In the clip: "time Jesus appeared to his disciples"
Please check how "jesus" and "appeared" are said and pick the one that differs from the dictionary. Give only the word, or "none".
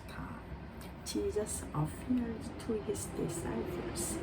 appeared